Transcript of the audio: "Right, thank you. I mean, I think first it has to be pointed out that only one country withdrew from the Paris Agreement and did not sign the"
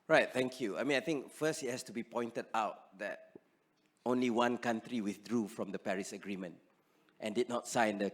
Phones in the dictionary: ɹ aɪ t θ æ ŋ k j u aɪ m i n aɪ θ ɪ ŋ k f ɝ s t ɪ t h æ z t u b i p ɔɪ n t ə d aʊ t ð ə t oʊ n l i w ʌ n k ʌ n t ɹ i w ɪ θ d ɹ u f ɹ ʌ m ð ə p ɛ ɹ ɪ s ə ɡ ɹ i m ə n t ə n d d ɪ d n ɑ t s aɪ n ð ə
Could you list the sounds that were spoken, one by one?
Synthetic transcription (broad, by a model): ɹ aɪ t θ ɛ ŋ k j u aɪ m i n aɪ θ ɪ ŋ k f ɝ s t ɪ t h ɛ s t u b i p ɔɪ n t ə d aʊ t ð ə t oʊ n l i w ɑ n k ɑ n t ɹ i w ɪ θ d ɹ u f ɹ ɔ m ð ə p ɛ ɹ ɪ s ə ɡ ɹ i m ə n t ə n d d ɪ d n ɑ t s aɪ n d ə